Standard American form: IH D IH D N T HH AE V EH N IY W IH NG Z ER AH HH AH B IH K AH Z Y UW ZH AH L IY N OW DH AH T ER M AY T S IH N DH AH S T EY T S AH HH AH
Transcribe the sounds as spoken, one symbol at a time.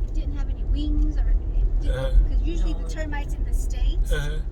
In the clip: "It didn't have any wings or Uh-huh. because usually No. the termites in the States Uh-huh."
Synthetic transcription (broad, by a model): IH D IH D N T HH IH V EH N IY W IH NG Z ER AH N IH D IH K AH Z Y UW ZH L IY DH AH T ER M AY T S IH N DH AH S T EY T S